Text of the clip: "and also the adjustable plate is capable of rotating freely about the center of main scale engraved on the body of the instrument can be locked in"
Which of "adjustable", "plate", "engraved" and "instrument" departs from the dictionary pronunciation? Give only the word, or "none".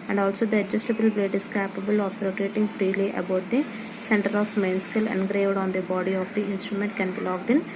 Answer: plate